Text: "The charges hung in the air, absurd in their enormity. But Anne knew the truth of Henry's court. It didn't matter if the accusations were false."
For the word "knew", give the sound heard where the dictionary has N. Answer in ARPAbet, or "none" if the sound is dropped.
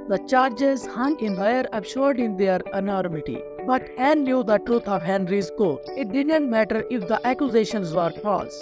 L